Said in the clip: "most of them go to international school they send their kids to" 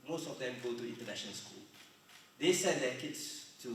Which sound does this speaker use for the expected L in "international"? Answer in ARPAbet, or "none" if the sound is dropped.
N